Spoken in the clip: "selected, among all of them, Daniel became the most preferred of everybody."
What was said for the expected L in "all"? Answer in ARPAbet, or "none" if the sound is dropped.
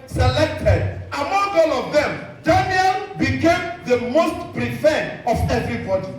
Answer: L